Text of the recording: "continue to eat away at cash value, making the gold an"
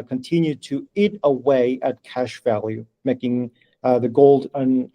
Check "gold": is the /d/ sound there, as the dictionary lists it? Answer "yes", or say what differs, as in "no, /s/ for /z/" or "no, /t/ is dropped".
yes